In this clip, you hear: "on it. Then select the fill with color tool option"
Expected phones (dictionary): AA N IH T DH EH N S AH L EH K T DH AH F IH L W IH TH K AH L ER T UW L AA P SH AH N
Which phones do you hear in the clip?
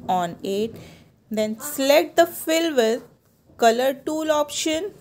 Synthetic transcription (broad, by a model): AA N IH T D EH N S L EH T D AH F IH L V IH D K AH L ER T UW L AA P SH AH N